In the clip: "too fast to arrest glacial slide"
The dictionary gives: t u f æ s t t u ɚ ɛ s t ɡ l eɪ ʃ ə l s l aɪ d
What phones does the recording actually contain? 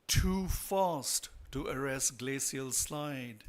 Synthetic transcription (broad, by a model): t u f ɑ s t t u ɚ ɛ s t ɡ l eɪ s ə l s l aɪ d